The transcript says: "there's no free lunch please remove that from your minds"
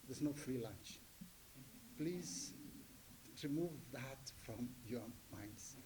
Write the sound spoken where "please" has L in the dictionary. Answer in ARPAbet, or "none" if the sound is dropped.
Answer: L